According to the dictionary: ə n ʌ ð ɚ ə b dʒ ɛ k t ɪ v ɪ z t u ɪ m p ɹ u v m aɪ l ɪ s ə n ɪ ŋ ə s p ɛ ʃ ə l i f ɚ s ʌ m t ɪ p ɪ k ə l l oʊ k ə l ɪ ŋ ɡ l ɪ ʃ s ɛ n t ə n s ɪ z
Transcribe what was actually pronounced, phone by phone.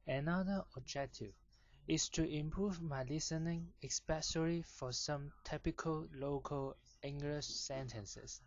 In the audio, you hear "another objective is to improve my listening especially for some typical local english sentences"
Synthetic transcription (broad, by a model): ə n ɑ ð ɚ ə b dʒ ɛ k t ɪ v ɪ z t u ɪ m p ɹ u v m aɪ l ɪ s ə n ɪ ŋ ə s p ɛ s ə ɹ i f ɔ s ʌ m t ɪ p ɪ k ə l l oʊ k ə l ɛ ŋ ɡ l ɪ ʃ s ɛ n t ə n s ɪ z